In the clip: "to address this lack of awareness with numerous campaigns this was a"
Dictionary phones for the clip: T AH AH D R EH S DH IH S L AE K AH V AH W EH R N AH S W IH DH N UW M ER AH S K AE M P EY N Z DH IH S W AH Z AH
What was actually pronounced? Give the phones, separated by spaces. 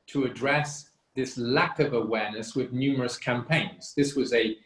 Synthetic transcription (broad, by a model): T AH AH D R EH S DH IH S L AE K AH V AH W EH R N AH S W IH DH N UW M ER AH S K AE M P EY N Z DH IH S W AH Z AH